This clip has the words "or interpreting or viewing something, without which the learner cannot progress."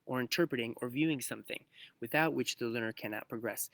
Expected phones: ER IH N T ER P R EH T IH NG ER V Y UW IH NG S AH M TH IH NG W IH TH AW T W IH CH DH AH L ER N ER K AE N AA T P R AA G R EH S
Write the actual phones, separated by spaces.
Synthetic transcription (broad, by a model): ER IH N T ER P R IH T IH NG ER V Y UW IH NG S AH M TH IH NG W IH TH AW T W IH CH DH AH L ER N ER K AE N AA T P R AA G R EH S